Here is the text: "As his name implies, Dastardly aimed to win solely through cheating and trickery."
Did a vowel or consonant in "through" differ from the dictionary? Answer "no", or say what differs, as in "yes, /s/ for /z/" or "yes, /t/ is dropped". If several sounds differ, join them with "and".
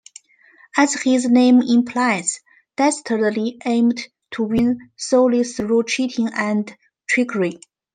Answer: yes, /s/ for /θ/